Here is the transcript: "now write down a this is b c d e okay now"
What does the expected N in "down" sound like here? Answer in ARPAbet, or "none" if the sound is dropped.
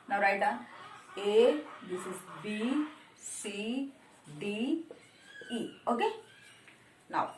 none